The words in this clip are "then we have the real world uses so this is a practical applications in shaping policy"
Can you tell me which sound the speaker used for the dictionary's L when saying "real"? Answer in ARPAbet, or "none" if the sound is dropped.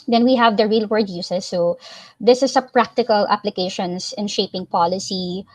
L